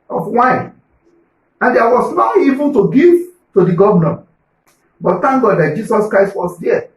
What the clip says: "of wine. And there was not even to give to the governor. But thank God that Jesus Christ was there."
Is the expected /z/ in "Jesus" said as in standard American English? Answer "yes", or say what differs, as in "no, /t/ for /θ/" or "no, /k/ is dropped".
no, /s/ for /z/